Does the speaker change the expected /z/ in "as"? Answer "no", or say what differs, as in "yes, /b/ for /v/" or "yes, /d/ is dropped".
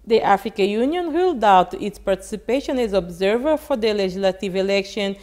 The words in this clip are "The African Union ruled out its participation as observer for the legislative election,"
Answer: no